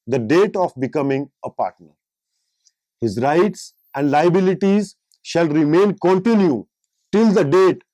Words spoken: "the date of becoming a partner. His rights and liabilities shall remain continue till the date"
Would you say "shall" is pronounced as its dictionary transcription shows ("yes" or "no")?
yes